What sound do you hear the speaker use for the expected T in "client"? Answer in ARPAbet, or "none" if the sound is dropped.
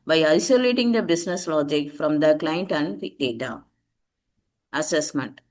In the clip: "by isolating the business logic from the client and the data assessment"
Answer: T